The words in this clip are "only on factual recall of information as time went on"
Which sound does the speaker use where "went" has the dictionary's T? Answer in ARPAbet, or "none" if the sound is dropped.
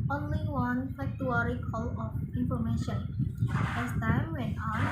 none